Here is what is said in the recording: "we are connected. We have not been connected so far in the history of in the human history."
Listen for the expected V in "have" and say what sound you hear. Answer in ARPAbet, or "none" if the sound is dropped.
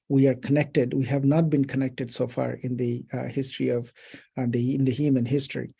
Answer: V